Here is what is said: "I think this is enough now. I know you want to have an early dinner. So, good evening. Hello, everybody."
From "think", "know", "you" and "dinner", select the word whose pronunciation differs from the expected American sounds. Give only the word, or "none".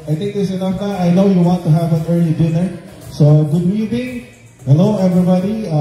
think